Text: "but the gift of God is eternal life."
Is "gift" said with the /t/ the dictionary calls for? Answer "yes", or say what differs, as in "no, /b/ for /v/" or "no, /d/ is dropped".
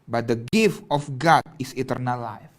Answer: yes